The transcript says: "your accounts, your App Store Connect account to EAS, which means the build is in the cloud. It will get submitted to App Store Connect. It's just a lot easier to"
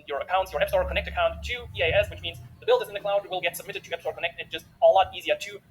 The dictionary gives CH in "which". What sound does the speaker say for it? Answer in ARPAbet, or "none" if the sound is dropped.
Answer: CH